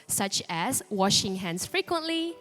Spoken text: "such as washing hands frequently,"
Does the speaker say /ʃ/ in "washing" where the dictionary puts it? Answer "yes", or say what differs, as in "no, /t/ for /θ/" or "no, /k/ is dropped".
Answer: yes